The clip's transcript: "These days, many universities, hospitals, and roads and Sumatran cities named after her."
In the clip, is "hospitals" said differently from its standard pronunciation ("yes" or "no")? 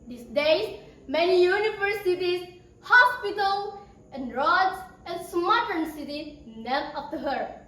yes